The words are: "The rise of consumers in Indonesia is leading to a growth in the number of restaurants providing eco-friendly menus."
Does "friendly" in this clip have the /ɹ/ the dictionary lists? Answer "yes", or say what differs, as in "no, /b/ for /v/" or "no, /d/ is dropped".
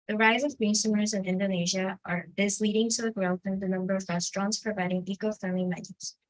no, /ɹ/ is dropped